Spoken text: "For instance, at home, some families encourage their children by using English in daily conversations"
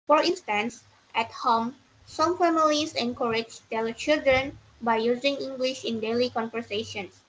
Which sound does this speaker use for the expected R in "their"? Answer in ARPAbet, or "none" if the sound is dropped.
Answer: L